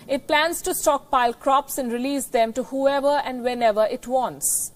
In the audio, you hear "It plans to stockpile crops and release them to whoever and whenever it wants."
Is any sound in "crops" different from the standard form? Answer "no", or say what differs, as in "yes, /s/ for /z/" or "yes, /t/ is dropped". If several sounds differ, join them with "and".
no